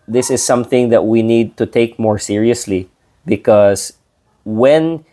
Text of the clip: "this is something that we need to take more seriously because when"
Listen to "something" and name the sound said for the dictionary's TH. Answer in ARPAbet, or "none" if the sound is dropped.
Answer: TH